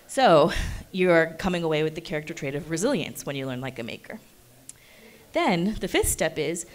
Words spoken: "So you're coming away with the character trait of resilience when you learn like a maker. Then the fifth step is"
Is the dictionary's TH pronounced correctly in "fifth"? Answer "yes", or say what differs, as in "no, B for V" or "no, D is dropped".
yes